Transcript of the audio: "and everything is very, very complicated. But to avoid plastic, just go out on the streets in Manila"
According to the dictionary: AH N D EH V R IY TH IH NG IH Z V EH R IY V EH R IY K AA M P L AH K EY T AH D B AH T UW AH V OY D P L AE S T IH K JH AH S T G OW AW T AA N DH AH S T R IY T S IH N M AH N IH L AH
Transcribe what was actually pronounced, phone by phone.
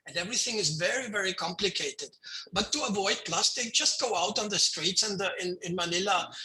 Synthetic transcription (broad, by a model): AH N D EH V R IY TH IH NG IH Z V EH R IY V EH R IY K AA M P L AH K EY T AH D B AH T UW AH V OY D P L AE S T IH K JH AH S T G OW AW T N DH AH S T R IY T S IH N M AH N IH L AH